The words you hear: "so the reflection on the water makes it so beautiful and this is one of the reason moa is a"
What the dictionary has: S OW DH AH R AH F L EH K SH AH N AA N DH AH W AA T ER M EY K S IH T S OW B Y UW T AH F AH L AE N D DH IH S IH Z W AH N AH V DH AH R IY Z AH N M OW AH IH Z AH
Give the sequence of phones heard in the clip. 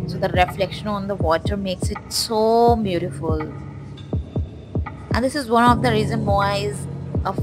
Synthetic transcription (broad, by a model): S OW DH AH R AH F L EH K SH AH N AA N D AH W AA T ER M EY K S IH T S OW B Y UW T AH F AH L AE N D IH S IH Z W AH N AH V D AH R IY Z AH N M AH IH Z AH